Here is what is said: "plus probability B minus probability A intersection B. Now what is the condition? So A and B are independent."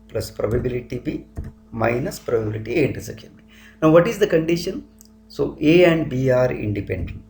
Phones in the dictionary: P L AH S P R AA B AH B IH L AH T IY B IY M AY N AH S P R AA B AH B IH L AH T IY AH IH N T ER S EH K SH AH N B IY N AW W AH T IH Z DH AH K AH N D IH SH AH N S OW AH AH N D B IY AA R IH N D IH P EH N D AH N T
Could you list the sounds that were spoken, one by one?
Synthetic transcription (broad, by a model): P L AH S P R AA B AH B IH L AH T IY B IY M AY N AH S P R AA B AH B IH L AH T IY AH N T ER S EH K AH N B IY N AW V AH T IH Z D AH K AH N D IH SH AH N S OW AH AH N D B IY AA R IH N D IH P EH N D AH N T